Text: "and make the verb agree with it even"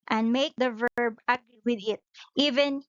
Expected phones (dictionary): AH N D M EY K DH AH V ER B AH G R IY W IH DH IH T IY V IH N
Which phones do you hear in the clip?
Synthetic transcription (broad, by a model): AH N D M EY K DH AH V ER B AH G R IY W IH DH IH T IY V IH N